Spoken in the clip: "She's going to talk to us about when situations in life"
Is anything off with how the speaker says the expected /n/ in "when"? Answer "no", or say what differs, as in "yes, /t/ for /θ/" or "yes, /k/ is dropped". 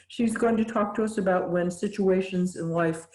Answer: no